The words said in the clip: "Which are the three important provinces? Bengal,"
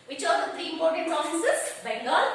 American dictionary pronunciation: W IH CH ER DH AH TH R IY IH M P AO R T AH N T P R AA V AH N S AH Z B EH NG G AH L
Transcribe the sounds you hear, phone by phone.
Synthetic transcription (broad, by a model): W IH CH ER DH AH T R IY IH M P AO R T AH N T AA F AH S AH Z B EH NG G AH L